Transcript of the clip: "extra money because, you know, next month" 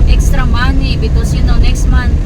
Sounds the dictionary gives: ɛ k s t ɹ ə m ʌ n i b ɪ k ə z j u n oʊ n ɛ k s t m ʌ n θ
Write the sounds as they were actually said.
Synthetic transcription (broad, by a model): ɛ k s t ɹ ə m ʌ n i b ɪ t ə s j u n oʊ n ɛ k s t m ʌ n